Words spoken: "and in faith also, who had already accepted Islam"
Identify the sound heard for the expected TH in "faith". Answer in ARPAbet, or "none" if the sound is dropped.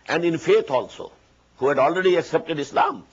T